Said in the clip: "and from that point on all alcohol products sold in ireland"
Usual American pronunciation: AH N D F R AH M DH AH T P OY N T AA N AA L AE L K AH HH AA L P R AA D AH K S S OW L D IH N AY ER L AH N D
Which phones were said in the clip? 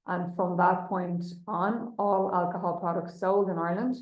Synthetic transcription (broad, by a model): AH N F R AH M DH AH T P OY N T N AA L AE L K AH HH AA L P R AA D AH K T S OW L D IH N AY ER L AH N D